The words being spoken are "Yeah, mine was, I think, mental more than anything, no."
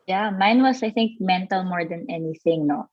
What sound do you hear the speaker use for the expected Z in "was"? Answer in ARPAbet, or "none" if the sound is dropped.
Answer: S